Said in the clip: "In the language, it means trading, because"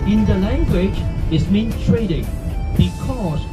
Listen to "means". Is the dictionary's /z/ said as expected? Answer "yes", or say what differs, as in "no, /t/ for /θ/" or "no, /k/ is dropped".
no, /z/ is dropped